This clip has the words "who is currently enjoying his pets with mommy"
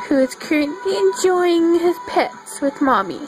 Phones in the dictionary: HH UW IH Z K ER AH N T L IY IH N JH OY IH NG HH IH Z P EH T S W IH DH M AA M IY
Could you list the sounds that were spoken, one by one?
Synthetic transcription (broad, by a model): HH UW IH Z K ER AH N T L IY IH N JH OY IH NG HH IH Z P EH T S W IH DH M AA M IY